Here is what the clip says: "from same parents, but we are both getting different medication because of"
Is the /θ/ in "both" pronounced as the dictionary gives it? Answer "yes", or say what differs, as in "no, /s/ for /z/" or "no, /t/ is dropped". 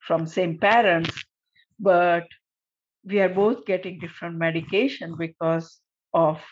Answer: no, /t/ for /θ/